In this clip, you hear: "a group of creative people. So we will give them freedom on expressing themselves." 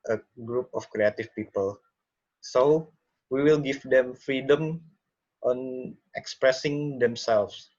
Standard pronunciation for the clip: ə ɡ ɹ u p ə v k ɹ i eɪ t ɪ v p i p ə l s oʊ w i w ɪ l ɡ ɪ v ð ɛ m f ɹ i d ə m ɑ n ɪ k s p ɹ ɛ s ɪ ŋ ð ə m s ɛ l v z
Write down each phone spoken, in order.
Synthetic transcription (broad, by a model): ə ɡ ɹ u p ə f k ɹ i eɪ t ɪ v p i p ə l s oʊ w i w ɪ l ɡ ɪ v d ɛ m f ɹ i d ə m ɑ n ɪ k s p ɹ ɛ s ɪ ŋ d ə m s ɛ l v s